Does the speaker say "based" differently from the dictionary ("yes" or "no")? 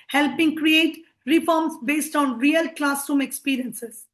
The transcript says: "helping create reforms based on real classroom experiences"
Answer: no